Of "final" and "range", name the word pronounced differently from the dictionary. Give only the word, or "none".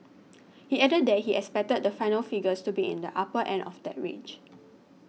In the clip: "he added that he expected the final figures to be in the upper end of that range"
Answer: range